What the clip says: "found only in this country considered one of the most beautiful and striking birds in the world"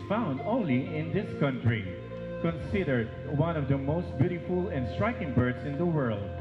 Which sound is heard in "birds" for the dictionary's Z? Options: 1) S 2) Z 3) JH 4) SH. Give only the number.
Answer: 1